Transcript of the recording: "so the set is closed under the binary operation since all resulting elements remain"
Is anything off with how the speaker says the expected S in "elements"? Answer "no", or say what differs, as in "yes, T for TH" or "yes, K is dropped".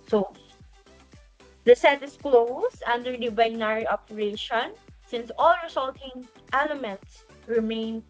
no